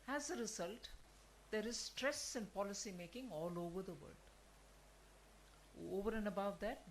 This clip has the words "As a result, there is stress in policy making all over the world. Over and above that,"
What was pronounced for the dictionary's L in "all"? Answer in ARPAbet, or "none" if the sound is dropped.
L